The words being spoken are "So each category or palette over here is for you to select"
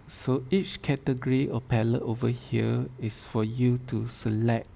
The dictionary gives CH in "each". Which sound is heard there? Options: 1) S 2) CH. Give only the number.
2